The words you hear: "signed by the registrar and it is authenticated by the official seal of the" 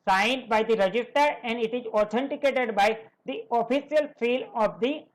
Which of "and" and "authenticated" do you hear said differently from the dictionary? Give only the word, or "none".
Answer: authenticated